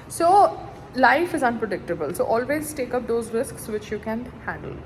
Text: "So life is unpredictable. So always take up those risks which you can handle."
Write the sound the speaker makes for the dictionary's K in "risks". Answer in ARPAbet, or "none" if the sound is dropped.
K